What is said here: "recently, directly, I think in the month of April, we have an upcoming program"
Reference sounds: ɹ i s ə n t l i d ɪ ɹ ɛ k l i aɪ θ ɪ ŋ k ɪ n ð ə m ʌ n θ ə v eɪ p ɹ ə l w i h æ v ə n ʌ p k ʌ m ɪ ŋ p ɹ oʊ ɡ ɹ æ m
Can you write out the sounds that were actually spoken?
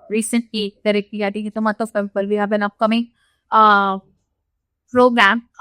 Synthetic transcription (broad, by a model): ɹ i s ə n t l i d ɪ ɹ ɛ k i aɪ t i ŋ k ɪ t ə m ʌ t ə p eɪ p ə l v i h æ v ə n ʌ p k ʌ m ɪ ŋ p ɹ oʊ ɡ ɹ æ m